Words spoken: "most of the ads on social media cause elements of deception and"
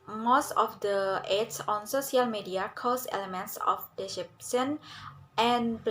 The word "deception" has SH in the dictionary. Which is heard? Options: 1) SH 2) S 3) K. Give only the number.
2